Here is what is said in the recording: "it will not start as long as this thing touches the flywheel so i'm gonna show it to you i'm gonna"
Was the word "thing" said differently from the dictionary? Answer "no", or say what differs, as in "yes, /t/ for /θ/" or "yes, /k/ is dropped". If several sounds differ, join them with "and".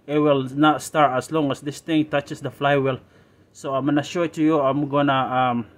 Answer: yes, /t/ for /θ/